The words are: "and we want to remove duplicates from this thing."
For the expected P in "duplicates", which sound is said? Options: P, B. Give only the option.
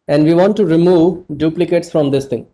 P